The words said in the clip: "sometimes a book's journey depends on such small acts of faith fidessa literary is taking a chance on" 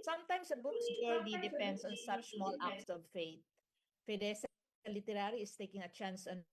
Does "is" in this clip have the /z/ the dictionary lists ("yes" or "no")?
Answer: no